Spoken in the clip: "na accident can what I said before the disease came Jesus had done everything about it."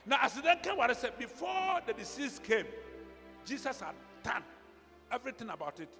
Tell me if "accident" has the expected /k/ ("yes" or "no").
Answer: no